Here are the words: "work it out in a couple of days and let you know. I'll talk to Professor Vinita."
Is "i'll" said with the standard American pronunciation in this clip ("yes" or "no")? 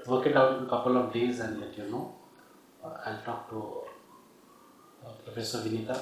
yes